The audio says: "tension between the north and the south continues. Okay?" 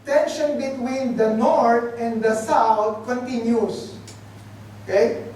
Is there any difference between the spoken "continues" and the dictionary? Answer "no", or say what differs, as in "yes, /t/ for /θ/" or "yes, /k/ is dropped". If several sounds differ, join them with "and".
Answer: yes, /s/ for /z/